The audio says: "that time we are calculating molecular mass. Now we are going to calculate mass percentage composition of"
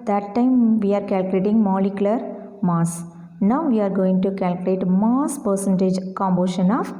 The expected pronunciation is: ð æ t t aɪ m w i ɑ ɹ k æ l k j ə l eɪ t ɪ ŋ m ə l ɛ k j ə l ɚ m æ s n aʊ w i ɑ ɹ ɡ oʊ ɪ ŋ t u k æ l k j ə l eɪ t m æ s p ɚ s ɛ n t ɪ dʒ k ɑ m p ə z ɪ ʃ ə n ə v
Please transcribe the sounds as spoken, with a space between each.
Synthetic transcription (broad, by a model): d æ t t aɪ m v i ɑ ɹ k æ l k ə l eɪ t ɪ ŋ m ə l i k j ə l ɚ m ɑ s n aʊ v i ɑ ɹ ɡ oʊ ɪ ŋ t u k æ l k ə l eɪ t m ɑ s p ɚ s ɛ n t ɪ dʒ k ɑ m b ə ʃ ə n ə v